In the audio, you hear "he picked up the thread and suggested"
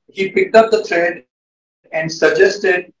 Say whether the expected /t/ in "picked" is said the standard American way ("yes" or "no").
yes